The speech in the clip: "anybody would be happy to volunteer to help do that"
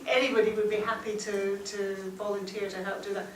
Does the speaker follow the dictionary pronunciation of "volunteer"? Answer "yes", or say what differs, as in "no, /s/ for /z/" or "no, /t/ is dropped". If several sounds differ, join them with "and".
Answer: yes